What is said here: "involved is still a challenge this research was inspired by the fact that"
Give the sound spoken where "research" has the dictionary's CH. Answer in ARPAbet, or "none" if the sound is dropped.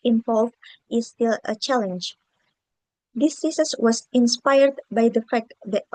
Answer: S